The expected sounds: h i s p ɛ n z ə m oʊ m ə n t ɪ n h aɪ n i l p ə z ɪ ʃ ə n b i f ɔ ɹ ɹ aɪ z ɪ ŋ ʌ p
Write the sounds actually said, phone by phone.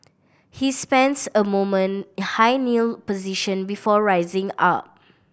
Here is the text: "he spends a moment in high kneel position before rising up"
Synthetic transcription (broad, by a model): h i s p ɛ n s ə m oʊ m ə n n h aɪ n i l p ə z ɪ ʃ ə n b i f ɔ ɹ ɹ aɪ z ɪ ŋ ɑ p